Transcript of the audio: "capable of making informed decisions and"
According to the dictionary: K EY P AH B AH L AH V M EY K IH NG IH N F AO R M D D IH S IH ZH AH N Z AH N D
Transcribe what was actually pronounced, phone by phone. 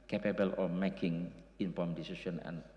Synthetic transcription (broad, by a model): K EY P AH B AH L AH F M EY K IH NG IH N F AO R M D D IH S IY S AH N AH N